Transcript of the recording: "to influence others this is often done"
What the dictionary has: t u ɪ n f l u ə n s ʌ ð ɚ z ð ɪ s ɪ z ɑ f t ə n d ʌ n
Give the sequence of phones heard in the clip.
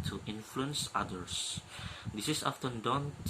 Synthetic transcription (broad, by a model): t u ɪ n f l u ə n s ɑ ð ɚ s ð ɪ s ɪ s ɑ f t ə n d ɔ n